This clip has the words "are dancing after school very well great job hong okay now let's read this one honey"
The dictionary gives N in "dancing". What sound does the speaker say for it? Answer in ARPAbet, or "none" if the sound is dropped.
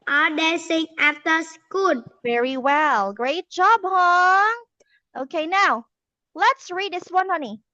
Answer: none